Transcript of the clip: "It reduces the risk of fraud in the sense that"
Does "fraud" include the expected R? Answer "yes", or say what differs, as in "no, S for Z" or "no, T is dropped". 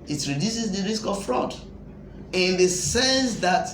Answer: yes